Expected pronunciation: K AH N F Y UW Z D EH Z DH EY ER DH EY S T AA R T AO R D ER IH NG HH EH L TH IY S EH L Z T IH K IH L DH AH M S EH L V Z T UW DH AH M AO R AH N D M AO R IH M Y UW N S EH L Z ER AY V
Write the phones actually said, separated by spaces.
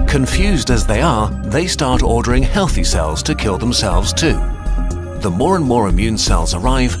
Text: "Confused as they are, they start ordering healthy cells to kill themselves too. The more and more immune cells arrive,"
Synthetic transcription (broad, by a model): K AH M F Y UW Z D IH Z DH EY ER DH EY S T AA R T AO R D ER IH NG HH EH L TH IY S EH L Z T IH K IH L DH AH M S EH L V Z T UW DH AH M AO R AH N M AO R IH M Y UW N S EH L Z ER AY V